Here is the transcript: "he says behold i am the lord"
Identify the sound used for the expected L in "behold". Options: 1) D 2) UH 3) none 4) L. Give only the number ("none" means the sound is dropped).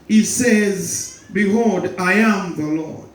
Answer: 3